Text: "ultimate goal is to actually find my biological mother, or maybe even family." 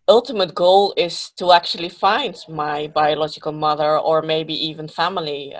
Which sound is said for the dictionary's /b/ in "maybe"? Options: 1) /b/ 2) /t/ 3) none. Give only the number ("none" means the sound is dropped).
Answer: 1